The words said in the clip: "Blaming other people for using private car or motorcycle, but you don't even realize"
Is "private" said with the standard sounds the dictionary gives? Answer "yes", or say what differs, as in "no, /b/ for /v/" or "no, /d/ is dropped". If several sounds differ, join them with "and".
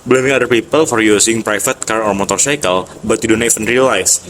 no, /f/ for /v/